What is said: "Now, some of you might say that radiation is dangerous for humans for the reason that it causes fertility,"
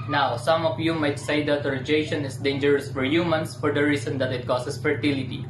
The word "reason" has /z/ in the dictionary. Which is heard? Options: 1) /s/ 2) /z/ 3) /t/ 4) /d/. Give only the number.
1